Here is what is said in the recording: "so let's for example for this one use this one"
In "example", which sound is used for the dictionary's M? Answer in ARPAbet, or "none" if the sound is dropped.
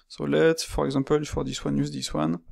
none